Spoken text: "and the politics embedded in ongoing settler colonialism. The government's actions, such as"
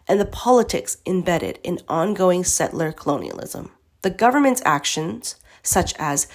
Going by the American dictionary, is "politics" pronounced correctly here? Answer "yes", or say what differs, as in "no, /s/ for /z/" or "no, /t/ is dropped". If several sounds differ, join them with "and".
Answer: yes